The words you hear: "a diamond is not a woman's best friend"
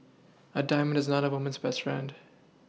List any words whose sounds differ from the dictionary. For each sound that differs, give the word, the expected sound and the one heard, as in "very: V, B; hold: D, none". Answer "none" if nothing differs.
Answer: none